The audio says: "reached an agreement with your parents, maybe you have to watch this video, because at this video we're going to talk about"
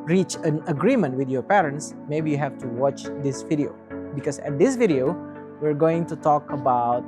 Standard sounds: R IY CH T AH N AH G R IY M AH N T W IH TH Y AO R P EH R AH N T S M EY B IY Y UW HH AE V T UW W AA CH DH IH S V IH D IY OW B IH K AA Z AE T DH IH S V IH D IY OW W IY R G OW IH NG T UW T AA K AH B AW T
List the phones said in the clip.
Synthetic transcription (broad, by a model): R IY CH AH N AH G R IY M AH N T W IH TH Y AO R P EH R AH N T S M EY B IY Y UW HH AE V T UW W AA CH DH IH S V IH D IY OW B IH K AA S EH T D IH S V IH D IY OW W IY R G OW IH NG T UW T AA K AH B AW T